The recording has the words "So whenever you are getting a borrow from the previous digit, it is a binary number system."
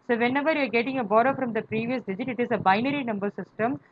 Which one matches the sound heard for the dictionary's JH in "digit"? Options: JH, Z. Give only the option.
JH